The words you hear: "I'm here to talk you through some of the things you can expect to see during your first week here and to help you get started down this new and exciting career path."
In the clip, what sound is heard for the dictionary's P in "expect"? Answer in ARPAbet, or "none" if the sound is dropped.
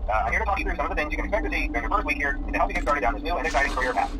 none